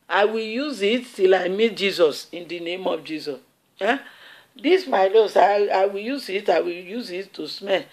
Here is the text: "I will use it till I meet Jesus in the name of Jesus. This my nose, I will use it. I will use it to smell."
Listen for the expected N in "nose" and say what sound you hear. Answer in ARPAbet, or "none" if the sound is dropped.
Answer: L